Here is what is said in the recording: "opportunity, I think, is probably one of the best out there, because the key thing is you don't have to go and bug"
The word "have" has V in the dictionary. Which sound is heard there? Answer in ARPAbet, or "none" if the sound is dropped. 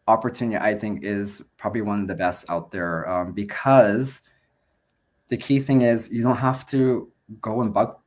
F